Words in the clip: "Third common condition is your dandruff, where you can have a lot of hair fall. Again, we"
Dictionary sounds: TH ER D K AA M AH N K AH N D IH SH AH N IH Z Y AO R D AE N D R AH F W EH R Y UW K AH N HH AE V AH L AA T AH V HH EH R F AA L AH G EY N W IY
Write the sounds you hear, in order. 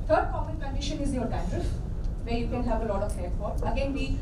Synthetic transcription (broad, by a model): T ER D K AA M AH N K AH N D IH SH AH N IH Z Y AO R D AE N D AH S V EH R Y UW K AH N HH AE V AH L AA T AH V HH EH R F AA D AH G EY N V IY